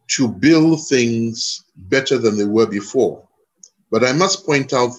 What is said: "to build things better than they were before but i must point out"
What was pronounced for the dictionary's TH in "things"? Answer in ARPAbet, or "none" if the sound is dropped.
TH